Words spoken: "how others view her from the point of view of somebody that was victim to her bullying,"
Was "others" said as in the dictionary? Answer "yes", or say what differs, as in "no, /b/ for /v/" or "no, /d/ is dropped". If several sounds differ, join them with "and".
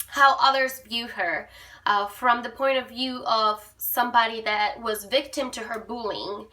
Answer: yes